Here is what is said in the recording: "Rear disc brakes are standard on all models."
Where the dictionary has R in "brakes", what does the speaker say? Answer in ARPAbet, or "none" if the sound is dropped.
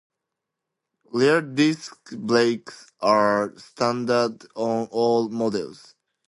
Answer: L